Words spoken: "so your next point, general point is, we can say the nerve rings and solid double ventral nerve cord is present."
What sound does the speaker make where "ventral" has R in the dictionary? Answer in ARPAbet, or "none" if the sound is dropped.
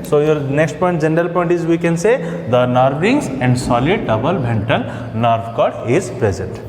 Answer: none